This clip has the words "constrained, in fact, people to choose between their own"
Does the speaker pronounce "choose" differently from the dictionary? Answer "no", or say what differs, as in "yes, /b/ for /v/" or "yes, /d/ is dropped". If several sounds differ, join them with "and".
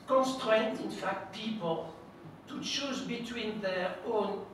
yes, /ʃ/ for /tʃ/